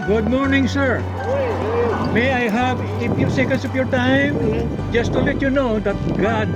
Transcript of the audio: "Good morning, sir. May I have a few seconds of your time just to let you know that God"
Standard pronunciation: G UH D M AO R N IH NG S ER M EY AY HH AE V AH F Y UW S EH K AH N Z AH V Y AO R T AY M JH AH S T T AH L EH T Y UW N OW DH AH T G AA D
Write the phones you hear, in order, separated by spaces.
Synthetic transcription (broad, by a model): G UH D M AO R N IH NG S ER M EY AY HH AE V AH F Y UW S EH K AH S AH P Y AO R T AY M JH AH S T T AH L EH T Y UW N OW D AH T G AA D